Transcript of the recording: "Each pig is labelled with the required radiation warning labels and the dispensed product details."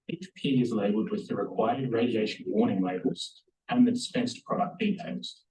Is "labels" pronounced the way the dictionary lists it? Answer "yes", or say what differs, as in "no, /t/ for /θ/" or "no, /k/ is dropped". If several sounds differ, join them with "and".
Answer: no, /b/ is dropped